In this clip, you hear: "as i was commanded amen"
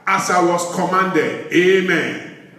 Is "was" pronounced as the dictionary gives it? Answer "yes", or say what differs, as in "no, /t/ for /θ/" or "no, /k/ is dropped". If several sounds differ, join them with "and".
no, /s/ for /z/